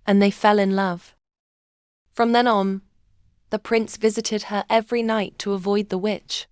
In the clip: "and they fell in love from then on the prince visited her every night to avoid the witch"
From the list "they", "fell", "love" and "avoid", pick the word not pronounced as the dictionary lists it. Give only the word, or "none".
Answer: none